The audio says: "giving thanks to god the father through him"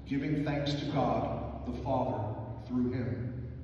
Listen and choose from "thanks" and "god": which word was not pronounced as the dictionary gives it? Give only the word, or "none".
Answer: none